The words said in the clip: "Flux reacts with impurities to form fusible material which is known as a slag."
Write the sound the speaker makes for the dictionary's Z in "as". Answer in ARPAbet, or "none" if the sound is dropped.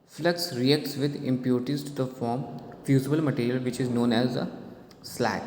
Z